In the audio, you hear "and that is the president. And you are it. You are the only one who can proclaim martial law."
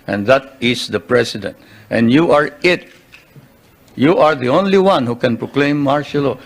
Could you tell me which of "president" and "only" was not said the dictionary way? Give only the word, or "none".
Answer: president